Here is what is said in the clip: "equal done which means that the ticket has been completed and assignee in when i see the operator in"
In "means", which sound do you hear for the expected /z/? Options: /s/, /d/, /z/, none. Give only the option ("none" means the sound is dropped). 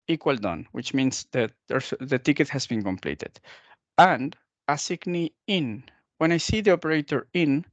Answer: /s/